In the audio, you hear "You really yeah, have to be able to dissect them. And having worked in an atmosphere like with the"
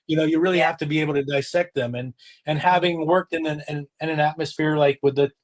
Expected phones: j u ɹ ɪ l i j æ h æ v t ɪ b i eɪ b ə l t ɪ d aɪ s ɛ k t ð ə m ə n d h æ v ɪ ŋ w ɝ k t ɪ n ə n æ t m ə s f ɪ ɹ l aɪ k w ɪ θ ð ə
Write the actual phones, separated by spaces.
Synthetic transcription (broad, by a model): j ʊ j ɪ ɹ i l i h æ f t ɪ b i eɪ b l t ɪ d aɪ s ɛ k t ð ə m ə n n h æ v ɪ ŋ w ɝ k t ɪ n ə n æ t m ə s f ɪ ɹ l aɪ k w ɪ ð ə